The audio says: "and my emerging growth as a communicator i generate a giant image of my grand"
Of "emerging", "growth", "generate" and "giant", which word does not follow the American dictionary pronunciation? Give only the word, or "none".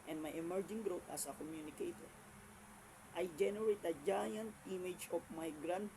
growth